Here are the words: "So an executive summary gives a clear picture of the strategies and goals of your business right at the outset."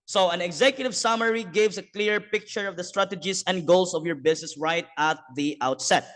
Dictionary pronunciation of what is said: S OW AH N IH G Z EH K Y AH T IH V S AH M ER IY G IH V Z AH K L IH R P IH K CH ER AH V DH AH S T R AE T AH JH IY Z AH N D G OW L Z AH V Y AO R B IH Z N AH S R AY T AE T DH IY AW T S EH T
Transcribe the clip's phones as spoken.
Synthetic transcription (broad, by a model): S OW AH N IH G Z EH K Y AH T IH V S AH M ER IY G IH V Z AH K L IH R P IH K CH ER AH V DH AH S T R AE T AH JH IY S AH N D G OW L S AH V Y AO R B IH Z N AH S R AY T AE T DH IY AW T S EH T